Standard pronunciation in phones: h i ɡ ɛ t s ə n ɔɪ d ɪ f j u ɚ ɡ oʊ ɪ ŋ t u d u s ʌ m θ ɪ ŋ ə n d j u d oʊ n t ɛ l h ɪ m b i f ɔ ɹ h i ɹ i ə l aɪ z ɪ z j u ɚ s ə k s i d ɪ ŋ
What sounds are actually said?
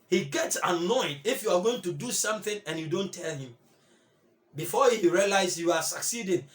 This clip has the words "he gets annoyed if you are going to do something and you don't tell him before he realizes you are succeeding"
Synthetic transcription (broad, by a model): h i ɡ ɛ t s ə n ɔɪ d ɪ f j u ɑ ɡ oʊ ɪ ŋ t u d u s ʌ m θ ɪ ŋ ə n j u d oʊ n t ɛ l h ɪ m b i f ɔ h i ɹ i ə l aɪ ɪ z j u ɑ s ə k s i d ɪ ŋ